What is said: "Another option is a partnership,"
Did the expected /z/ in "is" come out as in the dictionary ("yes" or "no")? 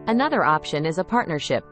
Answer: yes